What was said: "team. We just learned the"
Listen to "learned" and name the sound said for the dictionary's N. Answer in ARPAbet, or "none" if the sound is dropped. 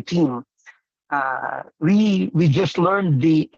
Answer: N